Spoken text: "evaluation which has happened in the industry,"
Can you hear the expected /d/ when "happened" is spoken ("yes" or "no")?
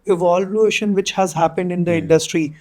yes